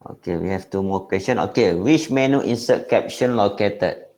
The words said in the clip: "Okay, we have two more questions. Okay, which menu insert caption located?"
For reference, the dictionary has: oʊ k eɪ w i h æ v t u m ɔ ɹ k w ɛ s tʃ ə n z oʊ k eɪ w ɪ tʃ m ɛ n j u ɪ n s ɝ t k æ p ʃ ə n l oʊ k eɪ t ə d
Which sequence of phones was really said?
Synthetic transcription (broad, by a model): oʊ k eɪ w i h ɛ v t u m ɔ k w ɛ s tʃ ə n oʊ k eɪ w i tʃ m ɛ n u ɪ n s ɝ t k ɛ p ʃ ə n l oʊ k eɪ t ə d